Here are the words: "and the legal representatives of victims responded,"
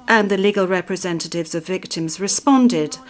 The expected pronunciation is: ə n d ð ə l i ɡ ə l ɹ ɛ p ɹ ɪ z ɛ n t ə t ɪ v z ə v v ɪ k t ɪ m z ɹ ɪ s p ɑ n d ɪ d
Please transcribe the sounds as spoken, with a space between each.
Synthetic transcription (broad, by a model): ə n ð ə l i ɡ ə l ɹ ɛ p ɹ ɪ z ɛ n t ə t ɪ v z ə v v ɪ k t ɪ m z ɹ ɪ s p ɑ n d ɪ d